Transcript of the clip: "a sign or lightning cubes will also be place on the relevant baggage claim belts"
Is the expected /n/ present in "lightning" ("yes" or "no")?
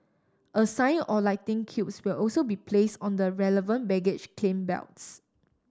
no